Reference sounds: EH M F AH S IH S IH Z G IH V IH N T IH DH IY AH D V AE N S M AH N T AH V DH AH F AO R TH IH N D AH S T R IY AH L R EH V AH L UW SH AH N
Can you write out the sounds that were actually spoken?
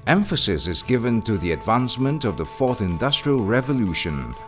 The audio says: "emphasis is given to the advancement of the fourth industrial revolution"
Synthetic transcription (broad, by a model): EH M F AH S IH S IH Z G IH V IH N T IH DH IY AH D V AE N S M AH N T AH V DH AH F AO R TH IH N D AH S T R IY AH L R EH V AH L UW SH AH N